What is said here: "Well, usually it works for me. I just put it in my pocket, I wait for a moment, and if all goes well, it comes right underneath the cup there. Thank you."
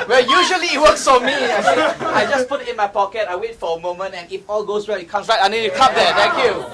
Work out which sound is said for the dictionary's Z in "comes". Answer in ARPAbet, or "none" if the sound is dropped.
S